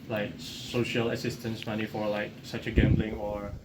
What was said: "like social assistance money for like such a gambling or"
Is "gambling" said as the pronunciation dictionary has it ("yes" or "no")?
yes